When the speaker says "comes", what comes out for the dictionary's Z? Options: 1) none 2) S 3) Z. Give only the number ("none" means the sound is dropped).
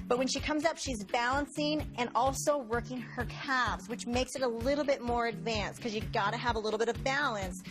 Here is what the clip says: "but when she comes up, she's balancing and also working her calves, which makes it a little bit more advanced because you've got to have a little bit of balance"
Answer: 3